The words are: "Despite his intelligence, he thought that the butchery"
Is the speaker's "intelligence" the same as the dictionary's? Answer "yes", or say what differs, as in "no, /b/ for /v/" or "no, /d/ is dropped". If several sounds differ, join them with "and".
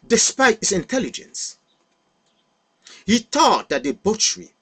yes